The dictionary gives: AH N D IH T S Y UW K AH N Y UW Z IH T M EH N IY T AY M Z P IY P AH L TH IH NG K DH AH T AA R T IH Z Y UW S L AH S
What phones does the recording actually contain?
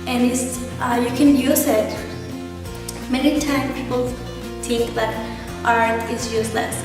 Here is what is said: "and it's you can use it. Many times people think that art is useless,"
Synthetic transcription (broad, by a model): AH N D IH T S Y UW K AH N Y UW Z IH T M EH N IY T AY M P IY P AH L TH IH NG K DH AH T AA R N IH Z Y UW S L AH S